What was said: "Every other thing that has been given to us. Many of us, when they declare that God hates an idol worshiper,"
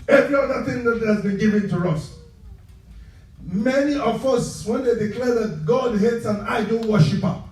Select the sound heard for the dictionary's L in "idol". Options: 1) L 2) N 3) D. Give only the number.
2